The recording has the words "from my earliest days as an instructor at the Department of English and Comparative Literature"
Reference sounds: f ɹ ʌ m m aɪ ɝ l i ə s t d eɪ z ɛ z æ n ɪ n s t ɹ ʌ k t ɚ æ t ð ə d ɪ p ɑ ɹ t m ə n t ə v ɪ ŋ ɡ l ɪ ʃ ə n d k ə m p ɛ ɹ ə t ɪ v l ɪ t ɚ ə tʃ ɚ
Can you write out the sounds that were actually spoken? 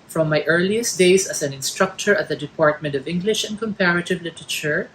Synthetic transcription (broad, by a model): f ɹ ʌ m m aɪ ɝ l i ə s t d eɪ s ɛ s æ n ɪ n s t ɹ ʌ k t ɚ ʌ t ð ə d ɪ p ɑ ɹ t m ə n t ə v ɪ ŋ ɡ l ɪ ʃ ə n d k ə m p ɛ ɹ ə t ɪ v l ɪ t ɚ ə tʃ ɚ